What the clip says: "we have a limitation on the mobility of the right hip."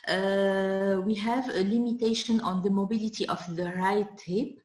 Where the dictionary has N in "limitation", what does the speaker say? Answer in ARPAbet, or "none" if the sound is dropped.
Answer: N